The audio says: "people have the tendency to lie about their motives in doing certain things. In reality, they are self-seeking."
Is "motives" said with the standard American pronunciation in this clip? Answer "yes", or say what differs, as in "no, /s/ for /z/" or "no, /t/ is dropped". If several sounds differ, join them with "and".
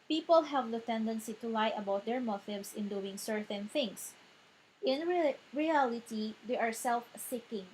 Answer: no, /s/ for /z/